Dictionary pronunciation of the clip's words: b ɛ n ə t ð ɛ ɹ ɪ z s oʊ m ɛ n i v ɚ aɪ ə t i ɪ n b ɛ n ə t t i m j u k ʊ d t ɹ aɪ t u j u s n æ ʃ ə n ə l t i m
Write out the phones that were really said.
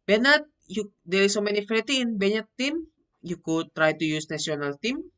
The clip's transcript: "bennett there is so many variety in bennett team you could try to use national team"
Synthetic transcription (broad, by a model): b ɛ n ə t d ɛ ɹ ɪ s oʊ m ɛ n i f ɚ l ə t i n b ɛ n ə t t i m j u k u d t ɹ aɪ t u j u s n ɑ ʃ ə n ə l t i m